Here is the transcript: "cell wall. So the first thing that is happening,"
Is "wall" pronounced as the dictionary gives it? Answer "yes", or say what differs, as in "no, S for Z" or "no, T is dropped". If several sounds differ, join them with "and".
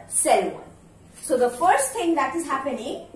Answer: no, N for L